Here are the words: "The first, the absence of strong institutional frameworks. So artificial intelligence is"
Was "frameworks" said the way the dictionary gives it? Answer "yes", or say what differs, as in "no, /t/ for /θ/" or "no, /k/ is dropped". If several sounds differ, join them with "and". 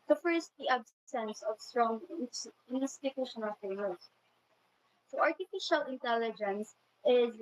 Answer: no, /ɹ/ is dropped